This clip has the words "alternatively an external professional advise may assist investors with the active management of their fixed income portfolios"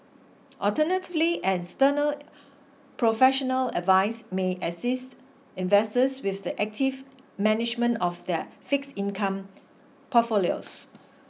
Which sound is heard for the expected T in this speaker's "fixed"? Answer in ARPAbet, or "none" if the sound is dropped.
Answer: none